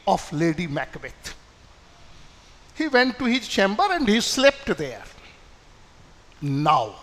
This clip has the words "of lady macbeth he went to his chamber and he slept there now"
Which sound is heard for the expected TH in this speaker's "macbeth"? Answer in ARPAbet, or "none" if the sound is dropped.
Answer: T